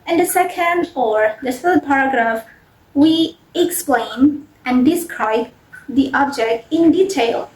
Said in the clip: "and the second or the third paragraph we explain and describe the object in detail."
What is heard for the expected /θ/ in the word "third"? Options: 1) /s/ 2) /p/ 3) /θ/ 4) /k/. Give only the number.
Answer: 1